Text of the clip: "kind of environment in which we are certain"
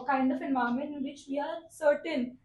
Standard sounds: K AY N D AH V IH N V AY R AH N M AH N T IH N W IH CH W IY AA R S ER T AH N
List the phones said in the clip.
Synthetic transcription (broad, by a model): K AY N D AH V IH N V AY AH M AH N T IH N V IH CH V IY AA R S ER T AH N